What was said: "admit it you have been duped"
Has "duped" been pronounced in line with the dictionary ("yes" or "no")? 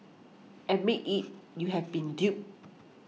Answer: no